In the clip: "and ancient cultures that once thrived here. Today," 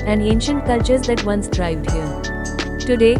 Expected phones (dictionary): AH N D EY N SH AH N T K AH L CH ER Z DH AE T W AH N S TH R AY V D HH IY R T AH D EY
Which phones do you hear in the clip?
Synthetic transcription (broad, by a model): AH N D EY N SH AH N T K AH L CH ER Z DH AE T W AH N S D R AY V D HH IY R T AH D EY